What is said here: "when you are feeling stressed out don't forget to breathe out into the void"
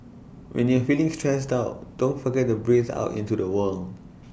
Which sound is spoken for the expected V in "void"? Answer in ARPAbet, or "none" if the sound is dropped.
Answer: W